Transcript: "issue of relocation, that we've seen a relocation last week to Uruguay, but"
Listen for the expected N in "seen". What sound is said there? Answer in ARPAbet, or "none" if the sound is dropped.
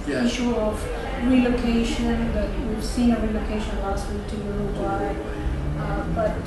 none